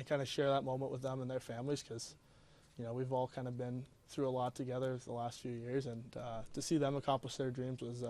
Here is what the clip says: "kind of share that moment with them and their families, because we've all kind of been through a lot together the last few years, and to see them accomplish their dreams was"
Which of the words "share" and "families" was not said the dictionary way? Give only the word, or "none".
none